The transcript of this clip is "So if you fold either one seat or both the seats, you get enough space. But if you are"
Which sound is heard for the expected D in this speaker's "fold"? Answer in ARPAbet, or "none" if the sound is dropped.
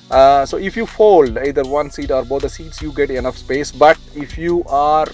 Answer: D